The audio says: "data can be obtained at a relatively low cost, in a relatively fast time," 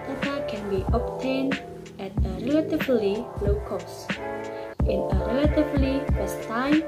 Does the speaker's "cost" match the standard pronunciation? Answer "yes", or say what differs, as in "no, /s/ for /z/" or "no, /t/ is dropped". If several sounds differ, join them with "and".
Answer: yes